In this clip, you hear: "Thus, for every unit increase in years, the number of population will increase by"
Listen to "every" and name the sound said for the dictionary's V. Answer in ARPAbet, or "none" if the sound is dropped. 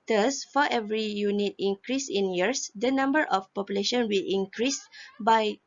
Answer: V